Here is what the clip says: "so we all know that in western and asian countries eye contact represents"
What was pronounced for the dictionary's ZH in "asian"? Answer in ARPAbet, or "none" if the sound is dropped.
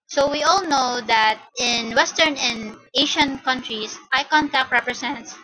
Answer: SH